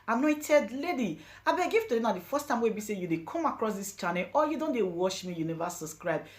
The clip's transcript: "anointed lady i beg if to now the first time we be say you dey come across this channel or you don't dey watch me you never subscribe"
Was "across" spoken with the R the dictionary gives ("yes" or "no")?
yes